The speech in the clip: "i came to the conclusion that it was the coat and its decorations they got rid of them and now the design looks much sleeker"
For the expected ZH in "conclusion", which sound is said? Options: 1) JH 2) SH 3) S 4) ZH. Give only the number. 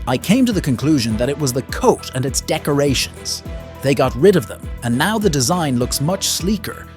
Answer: 4